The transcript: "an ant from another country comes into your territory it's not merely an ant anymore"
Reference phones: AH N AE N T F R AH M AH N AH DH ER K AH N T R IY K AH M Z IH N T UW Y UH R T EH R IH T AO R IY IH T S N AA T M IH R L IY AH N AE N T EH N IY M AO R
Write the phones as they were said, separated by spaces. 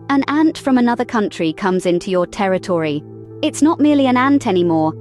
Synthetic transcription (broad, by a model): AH N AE N T F R AH M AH N AH DH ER K AH N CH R IY K AH M Z IH N T UW Y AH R T EH R IH T AO R IY IH T S N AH T M IH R L IY AH N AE N T EH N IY M AO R